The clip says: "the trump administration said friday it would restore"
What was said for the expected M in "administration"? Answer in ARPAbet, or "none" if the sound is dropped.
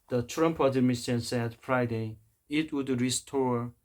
none